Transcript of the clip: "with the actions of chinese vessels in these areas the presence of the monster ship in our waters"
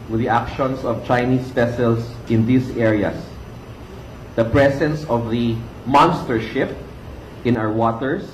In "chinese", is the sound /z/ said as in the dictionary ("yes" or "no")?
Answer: no